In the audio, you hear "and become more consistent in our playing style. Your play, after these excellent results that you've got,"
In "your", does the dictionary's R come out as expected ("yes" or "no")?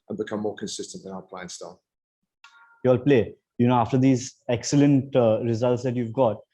no